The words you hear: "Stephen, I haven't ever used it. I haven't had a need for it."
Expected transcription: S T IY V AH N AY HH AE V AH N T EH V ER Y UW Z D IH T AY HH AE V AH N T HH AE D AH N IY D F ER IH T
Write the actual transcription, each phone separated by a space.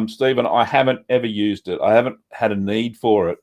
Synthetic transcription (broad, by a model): S T IY V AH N AY HH AE V AH N T EH V ER Y UW Z D IH T AY HH AE V AH N T HH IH D AH N IY D F ER IH T